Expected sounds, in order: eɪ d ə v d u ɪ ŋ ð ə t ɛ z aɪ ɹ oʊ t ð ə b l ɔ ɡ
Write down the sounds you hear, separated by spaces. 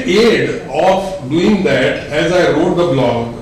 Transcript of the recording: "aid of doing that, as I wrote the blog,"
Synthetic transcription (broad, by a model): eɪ d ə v d u ɪ ŋ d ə t ɛ z aɪ ɹ oʊ t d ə b l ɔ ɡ